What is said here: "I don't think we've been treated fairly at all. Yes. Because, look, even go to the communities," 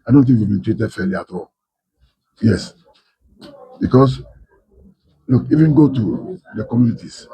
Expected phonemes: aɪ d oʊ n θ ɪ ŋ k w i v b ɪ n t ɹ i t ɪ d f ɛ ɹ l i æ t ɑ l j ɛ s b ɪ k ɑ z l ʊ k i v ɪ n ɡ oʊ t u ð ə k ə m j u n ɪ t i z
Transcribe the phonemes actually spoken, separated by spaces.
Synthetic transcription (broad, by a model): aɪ d oʊ n t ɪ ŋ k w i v b ɪ n t ɹ i t ɪ d f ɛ l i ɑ t ɑ l j ɛ s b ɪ k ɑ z l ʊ k i v ɪ n ɡ oʊ t u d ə k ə m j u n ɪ t i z